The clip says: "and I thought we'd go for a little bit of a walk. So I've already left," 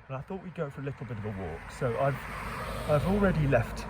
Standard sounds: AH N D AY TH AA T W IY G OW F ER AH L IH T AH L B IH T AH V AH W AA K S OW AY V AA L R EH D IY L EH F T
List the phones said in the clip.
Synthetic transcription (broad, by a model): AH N AY TH AA T W IY G OW F ER AH L IH T L B IH T AH V AH W AA K S OW AY V AA L R EH D IY L EH F T